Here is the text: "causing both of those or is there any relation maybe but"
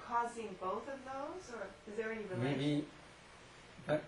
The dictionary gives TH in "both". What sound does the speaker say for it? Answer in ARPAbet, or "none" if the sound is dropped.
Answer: TH